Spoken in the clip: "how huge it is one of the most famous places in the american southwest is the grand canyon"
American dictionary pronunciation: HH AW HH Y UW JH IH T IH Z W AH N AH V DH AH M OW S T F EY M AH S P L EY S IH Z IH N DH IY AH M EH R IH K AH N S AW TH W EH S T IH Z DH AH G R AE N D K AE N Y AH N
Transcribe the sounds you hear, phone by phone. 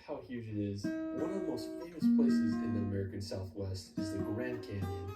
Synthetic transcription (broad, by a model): HH AW HH Y UW JH IH T IH Z W AH N AH V DH AH M OW S T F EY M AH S P L EY S IH Z IH N DH IY AH M EH R IH K AH N S AW TH W EH S T IH Z DH AH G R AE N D K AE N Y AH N